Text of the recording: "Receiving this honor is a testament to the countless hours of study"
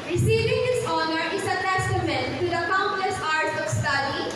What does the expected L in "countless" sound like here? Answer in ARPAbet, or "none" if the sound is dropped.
L